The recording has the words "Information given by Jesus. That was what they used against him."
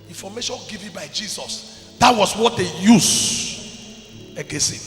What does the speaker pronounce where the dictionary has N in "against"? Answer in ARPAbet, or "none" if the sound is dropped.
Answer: none